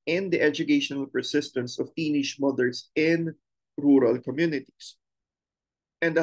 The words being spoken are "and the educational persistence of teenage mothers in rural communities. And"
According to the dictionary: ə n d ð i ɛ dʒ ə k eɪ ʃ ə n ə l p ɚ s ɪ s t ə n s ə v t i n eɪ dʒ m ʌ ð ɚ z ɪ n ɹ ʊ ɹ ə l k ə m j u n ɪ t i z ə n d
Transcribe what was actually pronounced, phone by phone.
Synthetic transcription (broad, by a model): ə n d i ɛ dʒ ə k eɪ ʃ ə n ə l p ɚ s ɪ s t ə n s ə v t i n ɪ ʃ m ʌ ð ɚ s ɪ n ɹ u ɹ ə l k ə m j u n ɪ t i s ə n d